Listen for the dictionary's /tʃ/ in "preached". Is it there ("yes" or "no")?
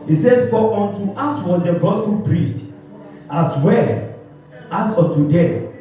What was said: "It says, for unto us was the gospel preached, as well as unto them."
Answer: no